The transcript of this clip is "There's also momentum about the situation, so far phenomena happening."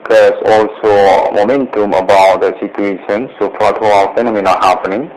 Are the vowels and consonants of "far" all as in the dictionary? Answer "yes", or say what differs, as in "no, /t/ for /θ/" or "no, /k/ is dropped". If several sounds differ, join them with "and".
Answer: no, /l/ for /ɹ/